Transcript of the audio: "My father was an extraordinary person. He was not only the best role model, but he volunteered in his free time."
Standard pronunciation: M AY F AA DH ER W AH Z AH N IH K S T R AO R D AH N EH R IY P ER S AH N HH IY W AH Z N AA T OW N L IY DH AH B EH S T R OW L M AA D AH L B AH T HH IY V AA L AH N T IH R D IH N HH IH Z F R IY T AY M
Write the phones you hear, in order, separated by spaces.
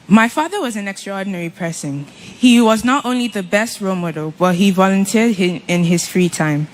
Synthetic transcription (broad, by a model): M AY F AA DH ER W AH Z AH N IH K S T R AO R D N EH R IY P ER S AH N HH IY W AH Z N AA T OW N L IY DH AH B EH S T R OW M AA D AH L B AH T HH IY V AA L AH N T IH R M IH N IH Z F R IY T AY M